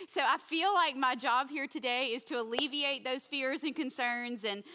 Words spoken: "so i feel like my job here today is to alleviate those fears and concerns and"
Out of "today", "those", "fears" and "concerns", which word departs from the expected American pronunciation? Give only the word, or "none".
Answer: none